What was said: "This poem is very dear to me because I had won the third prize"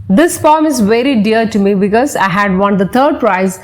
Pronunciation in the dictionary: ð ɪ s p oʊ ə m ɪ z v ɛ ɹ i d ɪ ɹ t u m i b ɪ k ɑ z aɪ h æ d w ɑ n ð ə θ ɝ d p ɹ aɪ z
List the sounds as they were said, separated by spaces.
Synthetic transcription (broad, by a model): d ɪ s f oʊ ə m ɪ z v ɛ ɹ i d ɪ ɹ t u m i b ɪ k ɑ z aɪ h æ d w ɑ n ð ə t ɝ d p ɹ aɪ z